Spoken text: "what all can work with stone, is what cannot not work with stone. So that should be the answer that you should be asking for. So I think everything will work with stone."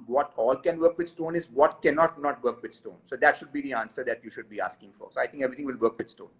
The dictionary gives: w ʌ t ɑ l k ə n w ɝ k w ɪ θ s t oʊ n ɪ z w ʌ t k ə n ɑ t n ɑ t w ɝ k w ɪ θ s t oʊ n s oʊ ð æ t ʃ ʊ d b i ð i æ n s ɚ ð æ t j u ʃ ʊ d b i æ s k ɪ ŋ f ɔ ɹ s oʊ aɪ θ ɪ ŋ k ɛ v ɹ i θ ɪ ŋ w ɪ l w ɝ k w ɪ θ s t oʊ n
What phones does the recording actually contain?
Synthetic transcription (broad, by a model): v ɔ t ɑ l k ə n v ɝ k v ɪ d s t oʊ n ɪ z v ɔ t k ə n ɑ t n ɑ t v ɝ k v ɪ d s t oʊ n s oʊ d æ t ʃ ʊ d b i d i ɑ n s ɚ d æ t j u ʃ ʊ d b i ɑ s k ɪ ŋ f ɔ ɹ s oʊ aɪ t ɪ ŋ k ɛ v ɹ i t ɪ ŋ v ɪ l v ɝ k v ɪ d s t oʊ n